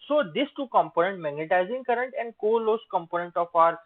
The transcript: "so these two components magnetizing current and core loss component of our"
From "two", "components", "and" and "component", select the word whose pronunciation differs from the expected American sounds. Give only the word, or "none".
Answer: components